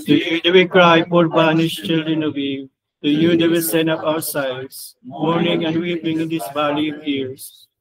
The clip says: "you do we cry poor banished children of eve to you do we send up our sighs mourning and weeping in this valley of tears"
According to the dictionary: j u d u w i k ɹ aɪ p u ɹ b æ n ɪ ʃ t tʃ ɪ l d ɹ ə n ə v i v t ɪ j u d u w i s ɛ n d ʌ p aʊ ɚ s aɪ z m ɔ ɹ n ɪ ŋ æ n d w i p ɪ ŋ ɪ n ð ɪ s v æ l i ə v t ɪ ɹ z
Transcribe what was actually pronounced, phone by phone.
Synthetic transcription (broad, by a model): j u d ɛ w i k ɹ aɪ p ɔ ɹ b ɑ n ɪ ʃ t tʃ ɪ l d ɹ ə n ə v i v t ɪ j u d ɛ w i s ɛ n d ʌ p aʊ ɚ s aɪ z m ɔ ɹ n ɪ ŋ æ n d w i p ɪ ŋ ɪ n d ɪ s b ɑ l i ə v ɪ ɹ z